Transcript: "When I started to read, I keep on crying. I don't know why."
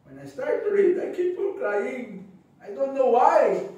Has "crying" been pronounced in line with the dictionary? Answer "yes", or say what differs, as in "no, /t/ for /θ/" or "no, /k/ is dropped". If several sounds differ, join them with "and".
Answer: no, /l/ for /ɹ/